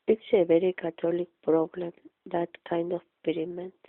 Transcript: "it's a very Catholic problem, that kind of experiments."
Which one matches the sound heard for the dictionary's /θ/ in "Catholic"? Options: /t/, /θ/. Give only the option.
/t/